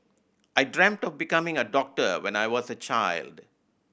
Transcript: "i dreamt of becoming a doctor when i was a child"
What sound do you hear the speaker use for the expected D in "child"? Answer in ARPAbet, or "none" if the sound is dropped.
D